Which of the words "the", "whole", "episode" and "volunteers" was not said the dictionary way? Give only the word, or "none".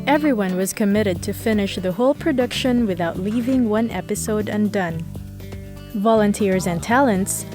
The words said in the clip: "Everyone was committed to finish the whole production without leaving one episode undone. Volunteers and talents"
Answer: none